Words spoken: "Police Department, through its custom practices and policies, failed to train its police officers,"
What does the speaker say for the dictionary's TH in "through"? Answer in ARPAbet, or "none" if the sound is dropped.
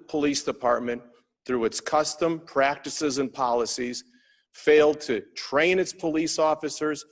TH